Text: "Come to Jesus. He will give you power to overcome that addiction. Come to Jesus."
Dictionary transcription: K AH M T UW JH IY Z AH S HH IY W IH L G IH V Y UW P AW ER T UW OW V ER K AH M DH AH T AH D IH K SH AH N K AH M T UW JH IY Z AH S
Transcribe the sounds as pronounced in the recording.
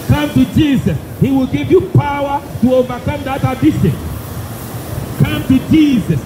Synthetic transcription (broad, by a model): K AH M T UW JH IY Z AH S HH IY W IH L G IH V Y UW P AW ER T UW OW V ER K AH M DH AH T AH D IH SH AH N K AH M T UW JH IY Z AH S